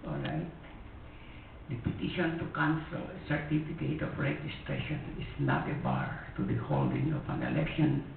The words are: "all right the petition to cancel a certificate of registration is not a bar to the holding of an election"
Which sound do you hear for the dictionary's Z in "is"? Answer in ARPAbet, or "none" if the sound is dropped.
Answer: S